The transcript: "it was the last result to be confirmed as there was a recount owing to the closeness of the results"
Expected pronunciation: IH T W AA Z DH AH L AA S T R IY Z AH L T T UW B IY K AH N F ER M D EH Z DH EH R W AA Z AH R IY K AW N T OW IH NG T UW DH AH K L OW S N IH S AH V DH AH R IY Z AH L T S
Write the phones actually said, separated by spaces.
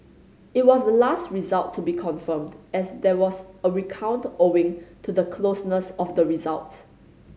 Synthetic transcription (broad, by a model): IH T W AA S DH AH L AA S T R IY Z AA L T T UW B IY K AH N F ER M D EH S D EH W AA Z AH R IY K AW N T OW IH NG T UW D AH K L OW S N IH S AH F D AH R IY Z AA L T